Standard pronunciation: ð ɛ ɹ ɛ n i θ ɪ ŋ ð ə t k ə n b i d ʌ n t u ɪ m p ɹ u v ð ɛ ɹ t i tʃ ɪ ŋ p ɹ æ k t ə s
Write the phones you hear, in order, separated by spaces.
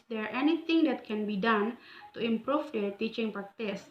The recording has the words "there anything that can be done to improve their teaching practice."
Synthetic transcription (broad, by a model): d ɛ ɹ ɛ n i t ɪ ŋ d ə t k ə n b i d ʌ n t u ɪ m p ɹ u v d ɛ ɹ t i tʃ ɪ ŋ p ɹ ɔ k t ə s